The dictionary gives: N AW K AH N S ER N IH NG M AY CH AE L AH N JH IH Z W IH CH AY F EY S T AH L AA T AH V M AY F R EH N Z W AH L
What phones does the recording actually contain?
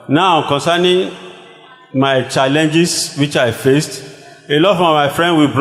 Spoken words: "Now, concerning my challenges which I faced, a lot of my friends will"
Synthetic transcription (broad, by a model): N AW K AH N S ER N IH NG M AY CH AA L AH N JH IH S W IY CH AY F EY S T AH L AA T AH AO M AY F R EH N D W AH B